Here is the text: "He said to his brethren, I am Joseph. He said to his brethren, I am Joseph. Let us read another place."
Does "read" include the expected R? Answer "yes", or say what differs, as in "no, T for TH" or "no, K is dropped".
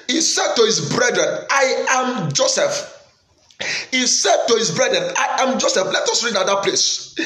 yes